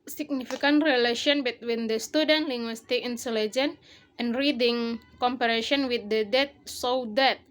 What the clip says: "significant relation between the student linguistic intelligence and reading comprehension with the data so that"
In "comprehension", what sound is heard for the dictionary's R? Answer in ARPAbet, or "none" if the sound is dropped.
none